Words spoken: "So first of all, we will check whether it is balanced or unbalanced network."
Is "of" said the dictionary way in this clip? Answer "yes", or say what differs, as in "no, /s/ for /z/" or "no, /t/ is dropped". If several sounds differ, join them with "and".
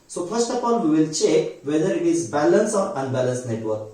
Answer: no, /p/ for /v/